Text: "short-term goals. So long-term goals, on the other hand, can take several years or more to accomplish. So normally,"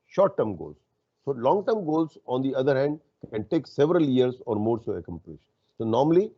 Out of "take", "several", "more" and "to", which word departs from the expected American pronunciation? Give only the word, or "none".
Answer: to